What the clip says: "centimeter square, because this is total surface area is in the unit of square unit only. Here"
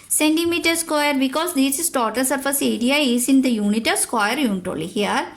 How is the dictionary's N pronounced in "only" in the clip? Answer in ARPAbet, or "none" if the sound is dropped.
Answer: none